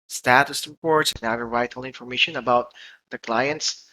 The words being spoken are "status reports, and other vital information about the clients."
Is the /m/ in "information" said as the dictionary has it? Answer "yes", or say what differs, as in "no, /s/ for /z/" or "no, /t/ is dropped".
yes